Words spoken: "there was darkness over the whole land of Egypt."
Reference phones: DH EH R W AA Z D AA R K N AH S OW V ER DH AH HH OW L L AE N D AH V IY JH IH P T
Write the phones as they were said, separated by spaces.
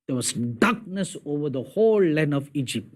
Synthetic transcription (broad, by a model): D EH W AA S D AA K N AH S OW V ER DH AH HH OW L L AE N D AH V IY JH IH P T